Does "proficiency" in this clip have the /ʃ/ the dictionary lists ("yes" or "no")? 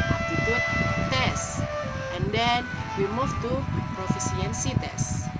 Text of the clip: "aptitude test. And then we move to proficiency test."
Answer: no